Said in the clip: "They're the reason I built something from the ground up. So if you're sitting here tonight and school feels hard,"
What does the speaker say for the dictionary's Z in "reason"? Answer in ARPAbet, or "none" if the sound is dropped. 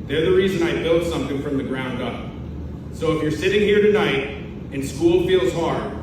Z